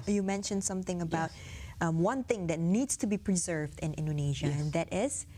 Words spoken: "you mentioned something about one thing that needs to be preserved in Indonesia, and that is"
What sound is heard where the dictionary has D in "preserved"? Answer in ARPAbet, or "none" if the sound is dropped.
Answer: D